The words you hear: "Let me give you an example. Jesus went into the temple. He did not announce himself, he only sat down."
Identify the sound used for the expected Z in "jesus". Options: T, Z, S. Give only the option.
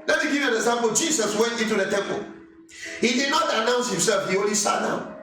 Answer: S